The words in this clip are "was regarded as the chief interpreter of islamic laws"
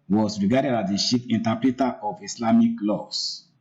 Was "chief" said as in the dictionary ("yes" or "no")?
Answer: no